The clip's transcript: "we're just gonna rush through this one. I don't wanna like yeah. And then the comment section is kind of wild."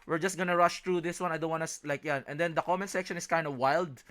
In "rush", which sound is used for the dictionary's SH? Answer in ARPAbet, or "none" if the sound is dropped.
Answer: SH